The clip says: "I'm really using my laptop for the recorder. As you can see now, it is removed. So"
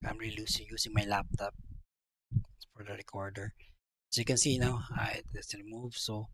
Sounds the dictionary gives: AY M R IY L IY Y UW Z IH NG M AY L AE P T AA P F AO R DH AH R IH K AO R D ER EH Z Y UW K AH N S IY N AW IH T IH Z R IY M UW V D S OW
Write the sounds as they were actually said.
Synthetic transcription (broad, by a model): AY M R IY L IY Y UW S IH NG M AY L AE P T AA P F AO R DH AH R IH K AO R D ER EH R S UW K AH N S IY N AW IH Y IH S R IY M UW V S OW